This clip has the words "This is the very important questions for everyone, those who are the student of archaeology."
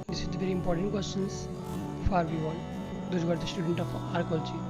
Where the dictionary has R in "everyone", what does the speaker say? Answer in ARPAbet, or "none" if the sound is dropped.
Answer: none